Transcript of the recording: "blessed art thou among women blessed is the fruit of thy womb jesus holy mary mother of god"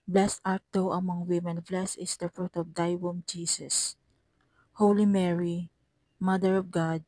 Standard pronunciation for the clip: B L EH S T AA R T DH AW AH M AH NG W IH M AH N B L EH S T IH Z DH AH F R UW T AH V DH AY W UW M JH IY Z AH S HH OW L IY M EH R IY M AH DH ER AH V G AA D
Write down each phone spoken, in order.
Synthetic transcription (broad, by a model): B L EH S T AA R T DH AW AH M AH NG W IH M AH N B L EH S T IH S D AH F R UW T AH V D AY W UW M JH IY S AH S HH OW L IY M EH R IY M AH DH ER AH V G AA D